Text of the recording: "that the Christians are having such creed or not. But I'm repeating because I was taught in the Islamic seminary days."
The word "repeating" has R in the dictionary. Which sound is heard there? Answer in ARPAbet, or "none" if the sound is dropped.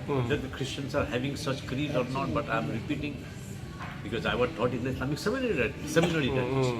R